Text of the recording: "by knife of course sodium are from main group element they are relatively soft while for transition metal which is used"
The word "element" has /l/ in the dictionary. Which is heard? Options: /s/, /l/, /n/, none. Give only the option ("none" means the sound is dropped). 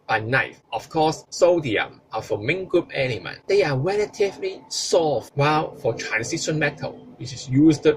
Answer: /n/